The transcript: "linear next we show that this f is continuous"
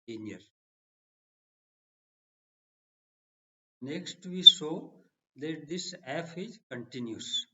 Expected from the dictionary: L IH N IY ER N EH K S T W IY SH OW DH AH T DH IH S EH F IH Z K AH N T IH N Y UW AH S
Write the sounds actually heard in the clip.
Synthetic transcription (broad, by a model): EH N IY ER N EH K S T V IY S OW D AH T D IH S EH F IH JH K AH N T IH N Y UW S